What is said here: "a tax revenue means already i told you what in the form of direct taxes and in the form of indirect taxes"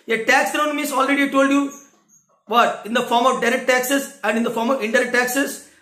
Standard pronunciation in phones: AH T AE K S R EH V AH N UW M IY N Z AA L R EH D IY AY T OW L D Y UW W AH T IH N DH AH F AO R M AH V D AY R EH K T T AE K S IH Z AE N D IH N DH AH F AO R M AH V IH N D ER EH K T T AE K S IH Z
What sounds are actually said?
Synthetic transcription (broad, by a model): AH T AE K S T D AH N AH M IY Z AA L R EH D IY T OW L D Y UW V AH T IH N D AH F AO R M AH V D AY R EH K T T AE K S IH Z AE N D IH N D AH F AO R M AH V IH N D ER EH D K T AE K S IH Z